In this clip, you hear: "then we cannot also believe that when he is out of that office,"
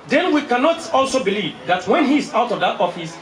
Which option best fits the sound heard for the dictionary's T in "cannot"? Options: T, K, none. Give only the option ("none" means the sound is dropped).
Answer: T